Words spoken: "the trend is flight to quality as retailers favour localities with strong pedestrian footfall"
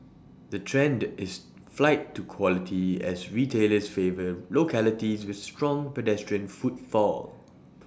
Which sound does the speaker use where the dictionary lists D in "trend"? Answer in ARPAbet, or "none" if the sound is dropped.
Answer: D